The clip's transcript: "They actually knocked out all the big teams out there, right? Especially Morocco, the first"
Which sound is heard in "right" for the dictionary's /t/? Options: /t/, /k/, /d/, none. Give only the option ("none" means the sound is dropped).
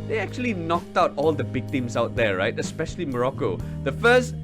/t/